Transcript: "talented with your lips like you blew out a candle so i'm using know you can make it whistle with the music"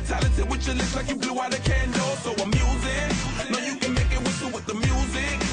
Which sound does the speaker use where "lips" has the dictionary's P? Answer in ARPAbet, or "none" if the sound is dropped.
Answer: none